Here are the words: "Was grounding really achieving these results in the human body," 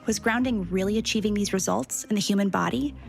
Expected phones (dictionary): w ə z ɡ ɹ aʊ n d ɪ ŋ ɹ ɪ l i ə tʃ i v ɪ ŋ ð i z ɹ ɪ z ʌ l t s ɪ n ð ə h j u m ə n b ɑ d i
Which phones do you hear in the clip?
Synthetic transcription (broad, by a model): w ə z ɡ ɹ aʊ n d ɪ ŋ ɹ ɪ l i ə tʃ i v ɪ ŋ ð i z ɹ ɪ z ʌ l t s ɪ n ð ə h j u m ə n b ɑ d i